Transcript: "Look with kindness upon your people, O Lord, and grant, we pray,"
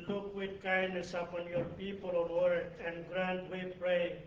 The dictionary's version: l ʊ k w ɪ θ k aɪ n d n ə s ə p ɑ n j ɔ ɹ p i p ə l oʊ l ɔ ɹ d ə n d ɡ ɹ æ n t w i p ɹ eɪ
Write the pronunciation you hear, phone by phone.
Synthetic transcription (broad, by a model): l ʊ k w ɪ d k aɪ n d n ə s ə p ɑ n j ɔ ɹ p i p ə l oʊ w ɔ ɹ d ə n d ɡ ɹ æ n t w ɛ p ɹ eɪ